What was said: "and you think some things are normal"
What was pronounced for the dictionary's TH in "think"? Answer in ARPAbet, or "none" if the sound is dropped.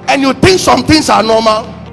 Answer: T